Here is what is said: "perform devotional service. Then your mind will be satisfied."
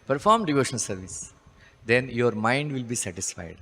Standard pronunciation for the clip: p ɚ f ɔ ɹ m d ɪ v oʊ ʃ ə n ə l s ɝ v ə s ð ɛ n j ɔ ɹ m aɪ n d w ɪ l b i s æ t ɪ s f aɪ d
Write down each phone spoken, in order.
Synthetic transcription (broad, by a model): p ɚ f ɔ ɹ m d ɪ v oʊ ʃ ə n ə l s ɝ v ə s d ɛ n j ɔ ɹ m aɪ n d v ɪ l b i s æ t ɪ s f aɪ d